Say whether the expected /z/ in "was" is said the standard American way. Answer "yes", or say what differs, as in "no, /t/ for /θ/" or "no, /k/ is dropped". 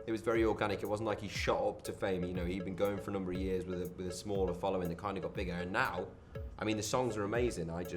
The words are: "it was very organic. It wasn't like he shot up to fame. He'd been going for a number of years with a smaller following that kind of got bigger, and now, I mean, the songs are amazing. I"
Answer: yes